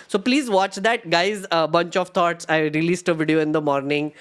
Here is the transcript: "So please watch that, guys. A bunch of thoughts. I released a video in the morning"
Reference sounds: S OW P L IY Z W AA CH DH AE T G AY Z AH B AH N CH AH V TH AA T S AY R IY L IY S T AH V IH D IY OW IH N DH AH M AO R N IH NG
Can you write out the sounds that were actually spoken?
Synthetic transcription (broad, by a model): S OW P L IY Z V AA CH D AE T G AY Z AH B AH N CH AH V T AA T S AY R IY L IY S T AH V IH D IY OW IH N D AH M AO R N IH NG